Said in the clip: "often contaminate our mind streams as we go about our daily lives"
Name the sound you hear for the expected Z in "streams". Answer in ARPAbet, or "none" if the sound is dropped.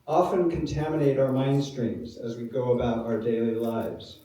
Z